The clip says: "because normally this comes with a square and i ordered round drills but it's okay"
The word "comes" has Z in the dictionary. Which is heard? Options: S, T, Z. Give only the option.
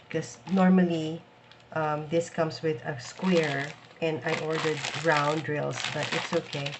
S